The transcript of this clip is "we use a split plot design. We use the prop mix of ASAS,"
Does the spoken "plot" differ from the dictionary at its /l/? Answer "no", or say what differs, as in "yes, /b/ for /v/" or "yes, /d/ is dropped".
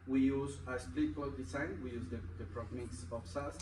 yes, /l/ is dropped